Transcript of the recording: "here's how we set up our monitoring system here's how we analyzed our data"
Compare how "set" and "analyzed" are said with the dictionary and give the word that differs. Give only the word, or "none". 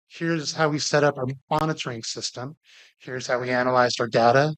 none